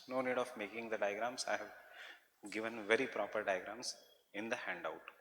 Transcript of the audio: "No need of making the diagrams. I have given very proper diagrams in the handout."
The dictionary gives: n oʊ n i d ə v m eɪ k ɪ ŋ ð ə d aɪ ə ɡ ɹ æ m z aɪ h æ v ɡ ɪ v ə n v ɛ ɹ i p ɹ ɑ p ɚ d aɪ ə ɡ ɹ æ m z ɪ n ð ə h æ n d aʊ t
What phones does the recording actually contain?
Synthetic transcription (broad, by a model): n oʊ n i d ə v m eɪ k ɪ ŋ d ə d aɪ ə ɡ ɹ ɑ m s h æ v ɡ ɪ v ə n v ɛ ɹ i p ɹ ɑ p ɚ d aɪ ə ɡ ɹ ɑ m s ɪ n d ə h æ n d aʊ t